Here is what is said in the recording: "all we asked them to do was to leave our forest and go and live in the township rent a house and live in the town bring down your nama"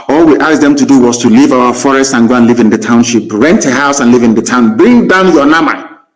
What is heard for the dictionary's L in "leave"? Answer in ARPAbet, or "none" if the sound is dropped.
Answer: L